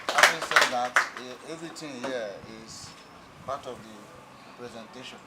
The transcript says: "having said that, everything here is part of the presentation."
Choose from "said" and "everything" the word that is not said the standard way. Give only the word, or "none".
everything